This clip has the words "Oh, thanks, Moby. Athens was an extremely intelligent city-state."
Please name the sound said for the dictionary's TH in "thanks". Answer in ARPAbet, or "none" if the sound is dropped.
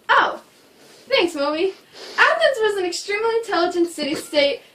TH